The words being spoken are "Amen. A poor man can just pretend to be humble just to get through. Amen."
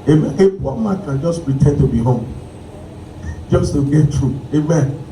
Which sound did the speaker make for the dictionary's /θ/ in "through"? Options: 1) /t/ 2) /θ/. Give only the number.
1